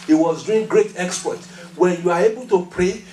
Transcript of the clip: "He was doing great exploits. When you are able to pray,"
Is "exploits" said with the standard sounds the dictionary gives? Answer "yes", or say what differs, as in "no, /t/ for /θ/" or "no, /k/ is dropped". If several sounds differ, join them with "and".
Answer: no, /l/ is dropped and /s/ is dropped